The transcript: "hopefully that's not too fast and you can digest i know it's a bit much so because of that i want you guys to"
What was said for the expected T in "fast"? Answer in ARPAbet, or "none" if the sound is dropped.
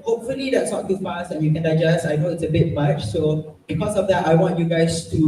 none